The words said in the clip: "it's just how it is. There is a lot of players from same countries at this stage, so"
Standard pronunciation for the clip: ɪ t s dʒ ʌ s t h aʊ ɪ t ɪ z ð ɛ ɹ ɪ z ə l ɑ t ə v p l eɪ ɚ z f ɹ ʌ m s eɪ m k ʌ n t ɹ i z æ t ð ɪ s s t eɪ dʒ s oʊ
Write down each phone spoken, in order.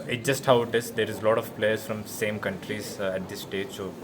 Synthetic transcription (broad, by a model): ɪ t dʒ ʌ s t h aʊ ɪ t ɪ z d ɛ ɹ ɪ z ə l ɑ t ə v p l eɪ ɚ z f ɹ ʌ m s eɪ m k ʌ n t ɹ i z æ t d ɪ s s t eɪ dʒ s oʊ